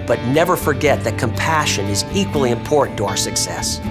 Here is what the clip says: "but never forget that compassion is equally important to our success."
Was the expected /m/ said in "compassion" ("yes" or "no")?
yes